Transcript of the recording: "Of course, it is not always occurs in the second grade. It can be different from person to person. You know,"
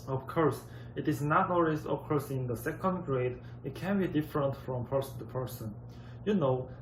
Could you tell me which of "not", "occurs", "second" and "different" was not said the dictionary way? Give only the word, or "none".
occurs